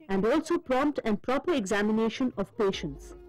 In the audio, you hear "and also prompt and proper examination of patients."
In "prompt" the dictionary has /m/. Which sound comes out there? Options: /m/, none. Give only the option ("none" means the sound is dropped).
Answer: /m/